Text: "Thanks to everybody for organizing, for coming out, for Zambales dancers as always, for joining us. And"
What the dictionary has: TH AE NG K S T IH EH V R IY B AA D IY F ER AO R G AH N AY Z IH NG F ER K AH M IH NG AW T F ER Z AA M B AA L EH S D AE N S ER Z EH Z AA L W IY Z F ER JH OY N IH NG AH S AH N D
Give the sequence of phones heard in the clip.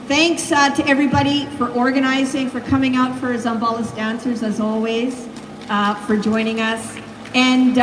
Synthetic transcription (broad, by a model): TH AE NG K S T IH EH V R IY B AA D IY F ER AO R G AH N AY Z IH NG F ER K AH M IH NG AW T F ER Z AA M B AA L EH S D AE N S ER Z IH Z AA L W IY Z F ER JH OY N IH NG AH S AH N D